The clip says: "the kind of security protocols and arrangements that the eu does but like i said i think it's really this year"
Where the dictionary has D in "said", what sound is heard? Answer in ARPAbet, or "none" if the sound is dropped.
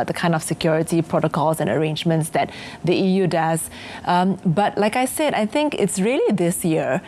D